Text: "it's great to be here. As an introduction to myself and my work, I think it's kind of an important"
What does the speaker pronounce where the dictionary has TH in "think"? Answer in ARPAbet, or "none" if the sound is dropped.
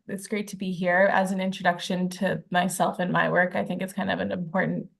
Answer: TH